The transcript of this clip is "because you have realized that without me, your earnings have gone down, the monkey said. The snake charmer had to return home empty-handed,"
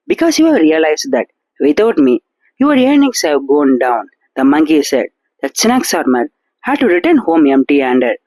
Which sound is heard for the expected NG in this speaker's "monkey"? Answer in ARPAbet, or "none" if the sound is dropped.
NG